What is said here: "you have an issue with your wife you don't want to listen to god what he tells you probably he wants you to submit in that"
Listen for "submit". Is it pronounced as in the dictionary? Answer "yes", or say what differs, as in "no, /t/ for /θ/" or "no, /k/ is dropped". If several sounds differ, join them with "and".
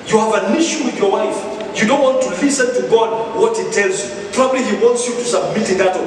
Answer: yes